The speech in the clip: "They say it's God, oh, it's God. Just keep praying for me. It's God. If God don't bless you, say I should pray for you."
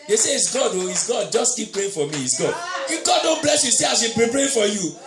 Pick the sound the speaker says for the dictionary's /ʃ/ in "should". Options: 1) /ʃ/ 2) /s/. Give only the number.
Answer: 2